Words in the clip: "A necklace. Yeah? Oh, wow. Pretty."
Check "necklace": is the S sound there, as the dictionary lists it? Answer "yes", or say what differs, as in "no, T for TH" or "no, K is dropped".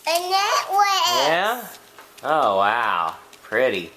no, S is dropped